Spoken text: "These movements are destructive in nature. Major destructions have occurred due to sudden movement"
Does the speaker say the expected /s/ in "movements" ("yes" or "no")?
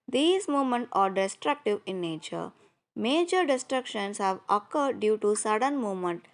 no